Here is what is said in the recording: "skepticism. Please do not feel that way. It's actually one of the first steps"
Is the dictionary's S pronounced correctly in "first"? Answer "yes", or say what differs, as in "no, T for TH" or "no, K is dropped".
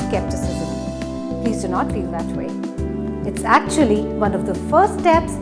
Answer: no, S is dropped